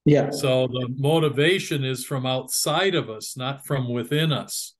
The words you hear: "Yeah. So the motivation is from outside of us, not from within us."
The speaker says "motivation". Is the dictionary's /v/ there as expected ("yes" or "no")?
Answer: yes